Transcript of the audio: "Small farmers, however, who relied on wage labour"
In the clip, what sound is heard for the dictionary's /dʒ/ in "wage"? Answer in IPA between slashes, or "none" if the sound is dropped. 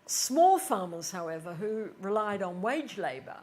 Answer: /dʒ/